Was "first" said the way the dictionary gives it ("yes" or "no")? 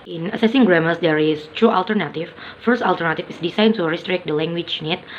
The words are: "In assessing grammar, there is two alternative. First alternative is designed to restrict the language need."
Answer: yes